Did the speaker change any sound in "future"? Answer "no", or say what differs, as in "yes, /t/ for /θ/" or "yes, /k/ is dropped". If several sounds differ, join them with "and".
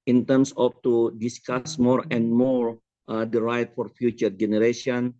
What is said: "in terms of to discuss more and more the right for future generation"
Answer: no